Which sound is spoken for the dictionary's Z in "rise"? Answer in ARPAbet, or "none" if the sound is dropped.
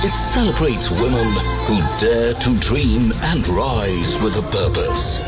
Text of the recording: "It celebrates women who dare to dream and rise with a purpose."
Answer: Z